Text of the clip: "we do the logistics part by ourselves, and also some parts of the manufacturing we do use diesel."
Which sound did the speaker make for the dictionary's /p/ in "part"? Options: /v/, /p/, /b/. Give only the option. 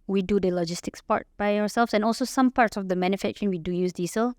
/p/